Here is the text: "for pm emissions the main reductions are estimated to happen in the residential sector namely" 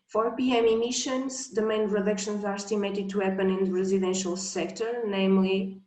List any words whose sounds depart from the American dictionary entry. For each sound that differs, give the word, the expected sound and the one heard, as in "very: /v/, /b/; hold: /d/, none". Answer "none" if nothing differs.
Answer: residential: /tʃ/, /ʃ/